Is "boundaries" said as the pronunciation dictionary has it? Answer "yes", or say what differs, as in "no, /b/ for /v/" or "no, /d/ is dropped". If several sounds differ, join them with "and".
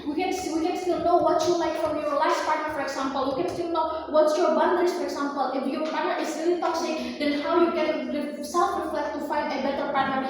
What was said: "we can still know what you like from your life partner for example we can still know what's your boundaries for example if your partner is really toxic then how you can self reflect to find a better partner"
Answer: no, /ɹ/ is dropped and /s/ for /z/